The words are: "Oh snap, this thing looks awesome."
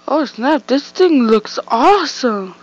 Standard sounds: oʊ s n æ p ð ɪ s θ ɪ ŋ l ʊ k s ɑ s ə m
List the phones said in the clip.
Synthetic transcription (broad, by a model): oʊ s n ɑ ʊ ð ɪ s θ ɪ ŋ l ʊ k s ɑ s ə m